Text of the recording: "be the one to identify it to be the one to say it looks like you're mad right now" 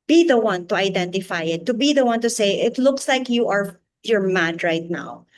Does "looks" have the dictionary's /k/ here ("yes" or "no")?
yes